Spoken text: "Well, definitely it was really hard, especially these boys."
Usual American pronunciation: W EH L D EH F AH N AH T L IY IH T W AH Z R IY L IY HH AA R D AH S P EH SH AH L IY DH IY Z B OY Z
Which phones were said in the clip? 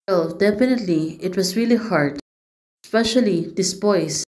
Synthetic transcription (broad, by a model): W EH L D EH F AH N AH T L IY IH T W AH S R IY L IY HH AA R D S P EH SH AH L IY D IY S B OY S